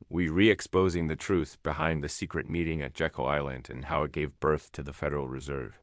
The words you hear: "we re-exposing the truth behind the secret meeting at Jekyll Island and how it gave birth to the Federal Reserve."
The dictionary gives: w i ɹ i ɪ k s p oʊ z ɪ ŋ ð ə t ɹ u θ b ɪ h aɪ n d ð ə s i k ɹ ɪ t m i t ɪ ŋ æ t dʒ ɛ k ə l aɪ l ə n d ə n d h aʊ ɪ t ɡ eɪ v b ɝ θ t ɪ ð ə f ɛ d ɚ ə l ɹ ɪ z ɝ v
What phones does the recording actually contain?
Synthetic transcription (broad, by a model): w i ɹ i ɪ k s p oʊ z ɪ ŋ ð ə t ɹ u θ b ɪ h aɪ n ð ə s i k ɹ ɪ t m i t ɪ ŋ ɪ t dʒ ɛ k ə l aɪ l ə n d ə n h aʊ ɪ t ɡ eɪ v b ɝ θ t ɪ ð ə f ɛ d ɚ l ɹ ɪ z ɝ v